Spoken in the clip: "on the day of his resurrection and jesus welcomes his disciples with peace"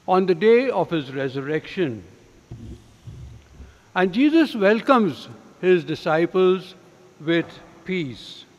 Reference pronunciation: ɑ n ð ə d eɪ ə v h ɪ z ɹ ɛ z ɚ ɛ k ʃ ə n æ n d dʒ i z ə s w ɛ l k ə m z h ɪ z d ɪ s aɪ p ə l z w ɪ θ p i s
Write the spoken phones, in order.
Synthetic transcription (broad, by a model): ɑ n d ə d eɪ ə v h ɪ z ɹ ɛ z ɚ ɛ k ʃ ə n æ n d dʒ i z ə s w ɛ l k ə m z h ɪ z d ɪ s aɪ p ə l z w ɪ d p i s